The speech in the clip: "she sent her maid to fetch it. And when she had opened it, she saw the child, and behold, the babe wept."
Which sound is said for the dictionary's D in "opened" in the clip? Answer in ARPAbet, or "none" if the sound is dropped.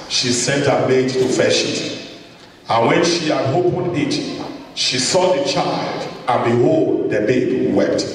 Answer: none